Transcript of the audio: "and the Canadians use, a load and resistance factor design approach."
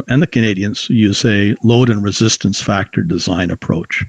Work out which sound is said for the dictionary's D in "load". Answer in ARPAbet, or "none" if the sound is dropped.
D